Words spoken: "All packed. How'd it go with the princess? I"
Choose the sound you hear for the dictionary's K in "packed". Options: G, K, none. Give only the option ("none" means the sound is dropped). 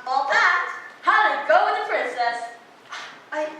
none